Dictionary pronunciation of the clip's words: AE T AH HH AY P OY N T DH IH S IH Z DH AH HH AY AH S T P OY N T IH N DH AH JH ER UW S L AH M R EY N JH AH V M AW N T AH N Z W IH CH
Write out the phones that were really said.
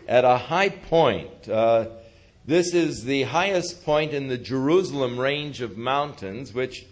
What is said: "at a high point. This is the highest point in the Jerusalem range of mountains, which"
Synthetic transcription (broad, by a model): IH T AH HH AY P OY N T DH IH S IH Z DH AH HH AY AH S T P OY N T IH N DH AH JH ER UW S L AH M R EY N JH AH V M AW N T AH N Z W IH CH